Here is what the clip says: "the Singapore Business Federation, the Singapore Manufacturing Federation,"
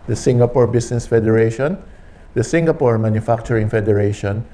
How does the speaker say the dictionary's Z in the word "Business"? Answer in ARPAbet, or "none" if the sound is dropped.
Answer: S